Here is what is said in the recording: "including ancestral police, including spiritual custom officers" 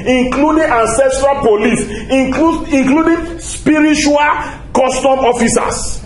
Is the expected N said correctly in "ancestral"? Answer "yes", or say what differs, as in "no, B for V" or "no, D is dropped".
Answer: yes